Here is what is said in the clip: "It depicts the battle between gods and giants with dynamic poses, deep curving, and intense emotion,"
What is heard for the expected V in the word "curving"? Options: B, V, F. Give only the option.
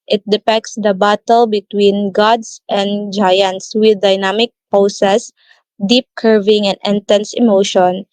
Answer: V